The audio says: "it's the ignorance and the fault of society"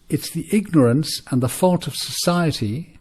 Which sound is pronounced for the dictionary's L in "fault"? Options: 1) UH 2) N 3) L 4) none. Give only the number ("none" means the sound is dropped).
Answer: 3